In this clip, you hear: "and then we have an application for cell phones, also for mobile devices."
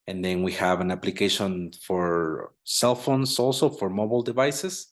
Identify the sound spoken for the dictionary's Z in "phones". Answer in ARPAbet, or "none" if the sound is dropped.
S